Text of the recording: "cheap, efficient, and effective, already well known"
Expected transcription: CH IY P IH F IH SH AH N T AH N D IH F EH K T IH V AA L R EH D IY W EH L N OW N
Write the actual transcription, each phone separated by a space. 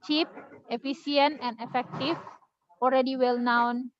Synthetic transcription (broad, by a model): CH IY P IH F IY S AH N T AH N D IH F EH K T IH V AA L R EH D IY W EH L N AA N